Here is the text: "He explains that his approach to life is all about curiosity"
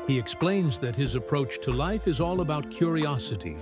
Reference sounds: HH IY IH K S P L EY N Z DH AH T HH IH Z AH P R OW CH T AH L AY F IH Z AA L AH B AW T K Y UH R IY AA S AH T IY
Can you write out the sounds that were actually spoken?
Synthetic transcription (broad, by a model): HH IY IH K S P L EY N Z DH AH T HH IH Z AH P R OW CH T AH L AY F IH Z AA L AH B AW T K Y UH R IY AA S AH T IY